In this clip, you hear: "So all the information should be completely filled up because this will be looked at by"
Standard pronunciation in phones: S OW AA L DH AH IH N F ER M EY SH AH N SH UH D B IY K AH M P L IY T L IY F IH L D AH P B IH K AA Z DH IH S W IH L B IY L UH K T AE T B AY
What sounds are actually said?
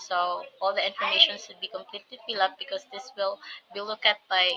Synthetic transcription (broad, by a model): S OW AA L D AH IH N F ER M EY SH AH N S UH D B IY K AH M P L IY T L IY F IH L AH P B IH K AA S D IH S W IH L B IY L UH K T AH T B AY